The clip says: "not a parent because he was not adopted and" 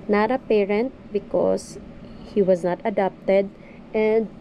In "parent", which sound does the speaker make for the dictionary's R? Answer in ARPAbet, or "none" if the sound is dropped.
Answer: R